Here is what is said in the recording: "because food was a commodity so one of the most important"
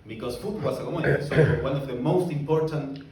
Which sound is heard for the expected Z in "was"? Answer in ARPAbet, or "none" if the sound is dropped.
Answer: S